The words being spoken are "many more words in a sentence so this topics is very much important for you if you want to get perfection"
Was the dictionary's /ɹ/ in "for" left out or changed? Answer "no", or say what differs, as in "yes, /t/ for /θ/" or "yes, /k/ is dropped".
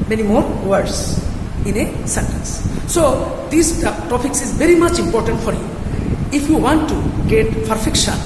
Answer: no